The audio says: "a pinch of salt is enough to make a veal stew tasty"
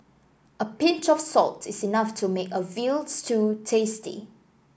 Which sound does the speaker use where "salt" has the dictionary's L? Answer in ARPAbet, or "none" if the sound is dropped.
L